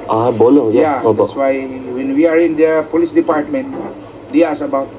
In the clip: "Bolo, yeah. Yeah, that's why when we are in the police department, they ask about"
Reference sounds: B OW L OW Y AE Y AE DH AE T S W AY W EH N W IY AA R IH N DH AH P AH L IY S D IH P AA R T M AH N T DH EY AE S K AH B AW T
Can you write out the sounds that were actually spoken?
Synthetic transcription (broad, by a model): B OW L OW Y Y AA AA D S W AY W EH N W IY AA R IH N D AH P AH L IY S D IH P AA R T M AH N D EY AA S AH B AW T